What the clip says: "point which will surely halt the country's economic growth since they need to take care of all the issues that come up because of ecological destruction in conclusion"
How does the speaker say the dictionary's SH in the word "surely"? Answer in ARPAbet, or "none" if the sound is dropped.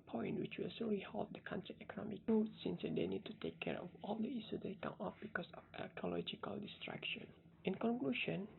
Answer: S